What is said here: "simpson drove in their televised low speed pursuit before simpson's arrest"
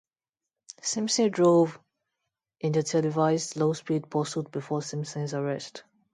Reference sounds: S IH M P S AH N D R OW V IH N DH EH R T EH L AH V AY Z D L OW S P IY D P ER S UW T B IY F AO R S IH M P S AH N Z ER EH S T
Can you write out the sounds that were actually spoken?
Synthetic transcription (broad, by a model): S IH M S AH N D R OW V IH N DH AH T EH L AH V AY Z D L OW S P IY D P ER S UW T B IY F AO S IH M S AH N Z ER EH S T